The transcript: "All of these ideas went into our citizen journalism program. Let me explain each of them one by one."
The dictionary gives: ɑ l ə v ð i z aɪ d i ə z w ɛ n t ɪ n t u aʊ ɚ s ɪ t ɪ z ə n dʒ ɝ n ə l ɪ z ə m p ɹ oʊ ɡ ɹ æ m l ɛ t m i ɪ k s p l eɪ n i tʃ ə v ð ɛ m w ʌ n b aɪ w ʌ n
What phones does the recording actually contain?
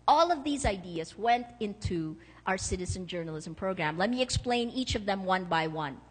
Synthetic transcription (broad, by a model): ɑ l ə v ð i z aɪ d i ə z w ɛ n t ɪ n t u aʊ ɚ s ɪ t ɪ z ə n dʒ ɝ n ə l ɪ z ə m p ɹ oʊ ɡ ɹ æ m l ɛ t m i ɪ k s p l eɪ n i tʃ ə v ð ɛ m w ʌ n b aɪ w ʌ n